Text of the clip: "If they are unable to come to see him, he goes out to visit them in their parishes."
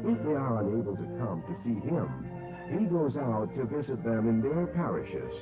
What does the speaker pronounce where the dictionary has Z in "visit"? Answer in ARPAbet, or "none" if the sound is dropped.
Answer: Z